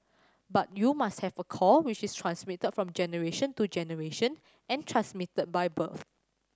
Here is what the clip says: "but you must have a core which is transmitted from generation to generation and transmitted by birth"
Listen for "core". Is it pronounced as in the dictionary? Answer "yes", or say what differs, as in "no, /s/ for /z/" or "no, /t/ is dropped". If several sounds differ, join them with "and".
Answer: no, /l/ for /ɹ/